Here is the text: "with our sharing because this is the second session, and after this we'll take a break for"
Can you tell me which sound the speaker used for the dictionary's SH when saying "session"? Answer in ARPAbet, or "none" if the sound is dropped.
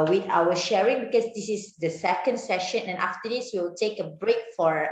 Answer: SH